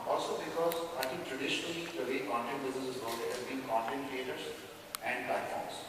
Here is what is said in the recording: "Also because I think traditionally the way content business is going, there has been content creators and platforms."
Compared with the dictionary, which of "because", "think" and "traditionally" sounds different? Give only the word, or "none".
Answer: think